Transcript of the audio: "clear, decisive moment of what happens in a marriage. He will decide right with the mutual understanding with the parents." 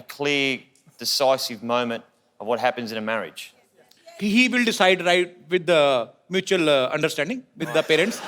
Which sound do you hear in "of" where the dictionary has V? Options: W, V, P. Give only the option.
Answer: V